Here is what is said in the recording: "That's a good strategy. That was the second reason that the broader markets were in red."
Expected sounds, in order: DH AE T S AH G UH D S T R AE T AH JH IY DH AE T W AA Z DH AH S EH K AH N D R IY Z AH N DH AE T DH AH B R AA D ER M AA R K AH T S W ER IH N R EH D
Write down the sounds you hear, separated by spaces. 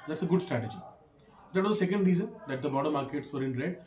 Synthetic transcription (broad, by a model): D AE T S AH G UH D S T R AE T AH JH IY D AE T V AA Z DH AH S EH K AH N D R IY Z AH N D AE T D AH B AA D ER M AA R K AH T S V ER IH N R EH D